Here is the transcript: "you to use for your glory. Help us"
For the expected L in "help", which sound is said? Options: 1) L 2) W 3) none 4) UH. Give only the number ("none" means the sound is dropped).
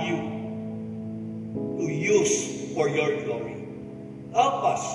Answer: 3